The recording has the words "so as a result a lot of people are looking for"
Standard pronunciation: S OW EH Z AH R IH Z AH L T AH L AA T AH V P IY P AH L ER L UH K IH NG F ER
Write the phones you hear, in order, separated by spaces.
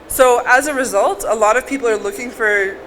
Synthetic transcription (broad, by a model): S OW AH Z AH R IH Z AH L T AH L AA T AH V P IY P L ER L UH K IH NG F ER